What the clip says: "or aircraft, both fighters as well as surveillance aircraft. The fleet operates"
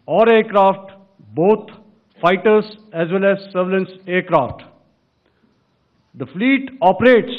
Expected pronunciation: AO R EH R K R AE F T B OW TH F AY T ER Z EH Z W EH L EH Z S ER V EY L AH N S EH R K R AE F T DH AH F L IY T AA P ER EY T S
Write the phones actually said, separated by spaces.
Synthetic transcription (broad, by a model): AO R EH R K R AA F T B OW T F AY T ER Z EH Z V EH L EH Z S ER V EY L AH N S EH R K R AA F T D AH F L IY T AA P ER EY T S